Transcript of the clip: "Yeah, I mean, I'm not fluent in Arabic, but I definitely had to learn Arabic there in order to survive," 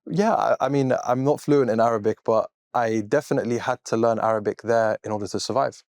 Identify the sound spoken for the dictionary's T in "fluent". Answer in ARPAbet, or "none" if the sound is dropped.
T